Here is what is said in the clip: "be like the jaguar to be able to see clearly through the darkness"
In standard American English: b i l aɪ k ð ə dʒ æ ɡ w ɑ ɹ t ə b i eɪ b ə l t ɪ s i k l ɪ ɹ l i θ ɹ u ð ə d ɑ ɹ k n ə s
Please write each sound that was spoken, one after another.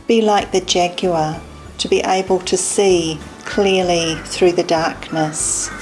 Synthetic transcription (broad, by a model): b i l aɪ k ð ə dʒ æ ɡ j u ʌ t ə b i eɪ b ə l t ɪ s i k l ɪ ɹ l i θ ɹ u ð ə d ɑ ɹ k n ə s